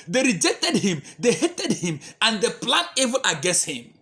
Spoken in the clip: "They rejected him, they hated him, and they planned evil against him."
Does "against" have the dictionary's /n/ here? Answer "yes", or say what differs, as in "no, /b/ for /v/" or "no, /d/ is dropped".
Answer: no, /n/ is dropped